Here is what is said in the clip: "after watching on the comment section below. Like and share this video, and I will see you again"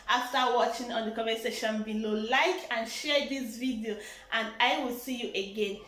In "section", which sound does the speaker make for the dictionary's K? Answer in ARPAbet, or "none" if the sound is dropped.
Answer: none